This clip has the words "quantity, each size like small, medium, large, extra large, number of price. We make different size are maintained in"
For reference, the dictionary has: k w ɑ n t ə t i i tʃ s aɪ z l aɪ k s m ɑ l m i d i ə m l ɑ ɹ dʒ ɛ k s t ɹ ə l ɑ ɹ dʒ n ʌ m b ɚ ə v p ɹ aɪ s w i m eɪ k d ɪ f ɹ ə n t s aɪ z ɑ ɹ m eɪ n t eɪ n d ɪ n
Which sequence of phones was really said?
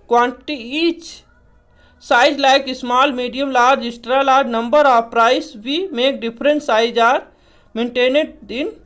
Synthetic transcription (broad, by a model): k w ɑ n t t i i tʃ s aɪ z l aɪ k s m ɑ l m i d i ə m l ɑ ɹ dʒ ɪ s t ɹ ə l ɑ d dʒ n ʌ m b ɚ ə p ɹ aɪ s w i m eɪ k d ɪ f ɹ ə n s aɪ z ɑ ɹ m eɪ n t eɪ n d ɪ n